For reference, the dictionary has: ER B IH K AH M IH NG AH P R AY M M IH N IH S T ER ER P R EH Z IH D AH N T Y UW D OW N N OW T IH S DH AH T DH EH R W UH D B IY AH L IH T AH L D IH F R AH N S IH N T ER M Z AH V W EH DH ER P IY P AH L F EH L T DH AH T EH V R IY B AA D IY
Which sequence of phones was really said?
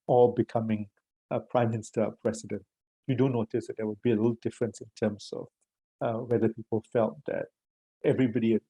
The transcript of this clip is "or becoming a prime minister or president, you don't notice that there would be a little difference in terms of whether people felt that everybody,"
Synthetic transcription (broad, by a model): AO B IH K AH M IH NG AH P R AY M M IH N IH S T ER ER P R EH S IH D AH N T Y UW D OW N N OW T IH S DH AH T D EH W UH D B IY AH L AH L D IH F R AH N S IH N T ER M S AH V W EH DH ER P IY P AH L F EH L T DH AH T EH V R IY B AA D IY